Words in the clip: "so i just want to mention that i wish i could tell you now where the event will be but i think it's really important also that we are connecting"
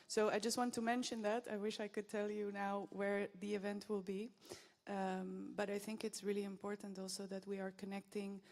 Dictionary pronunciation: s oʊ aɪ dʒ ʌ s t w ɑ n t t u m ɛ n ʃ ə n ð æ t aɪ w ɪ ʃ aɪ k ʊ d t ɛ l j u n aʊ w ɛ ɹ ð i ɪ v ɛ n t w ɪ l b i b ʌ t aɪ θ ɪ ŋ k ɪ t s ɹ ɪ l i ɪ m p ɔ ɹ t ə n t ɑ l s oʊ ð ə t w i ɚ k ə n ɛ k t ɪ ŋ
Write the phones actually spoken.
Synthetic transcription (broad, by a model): s oʊ aɪ dʒ ʌ s t w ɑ n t t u m ɛ n ʃ ə n ð æ t aɪ w ɪ ʃ aɪ k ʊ d t ɛ l j u n aʊ w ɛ ɹ ð i ɪ v ɛ n t w ɪ l b i b ʌ t aɪ θ ɪ ŋ k ɪ t s ɹ ɪ l i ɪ m p ɔ ɹ t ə n t ɑ l s oʊ ð ə t w i ɚ k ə n ɛ k t ɪ ŋ